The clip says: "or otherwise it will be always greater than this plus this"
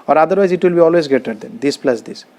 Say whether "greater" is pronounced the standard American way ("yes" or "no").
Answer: no